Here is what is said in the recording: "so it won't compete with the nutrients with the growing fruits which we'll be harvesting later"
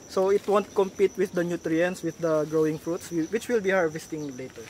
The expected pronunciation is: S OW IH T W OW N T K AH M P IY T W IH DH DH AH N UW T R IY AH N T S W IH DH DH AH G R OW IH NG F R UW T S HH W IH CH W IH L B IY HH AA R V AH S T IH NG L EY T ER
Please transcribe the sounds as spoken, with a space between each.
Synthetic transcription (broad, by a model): S OW IH T W OW N T K AH M P IY T W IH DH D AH N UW T R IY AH N S W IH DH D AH G R OW IH NG F R UW T S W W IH CH W IH L B IY HH AA R V AH S T IH NG L EY T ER